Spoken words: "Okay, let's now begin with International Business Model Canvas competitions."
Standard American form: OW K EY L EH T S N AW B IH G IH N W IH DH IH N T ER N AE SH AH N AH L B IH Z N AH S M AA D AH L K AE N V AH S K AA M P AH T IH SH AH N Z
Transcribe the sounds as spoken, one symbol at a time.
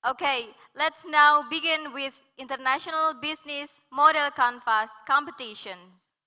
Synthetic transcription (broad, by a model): OW K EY L EH T S N AW B IH G IH N W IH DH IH N T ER N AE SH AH N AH L B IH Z N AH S M AA D AH L K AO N F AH S K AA M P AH T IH SH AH N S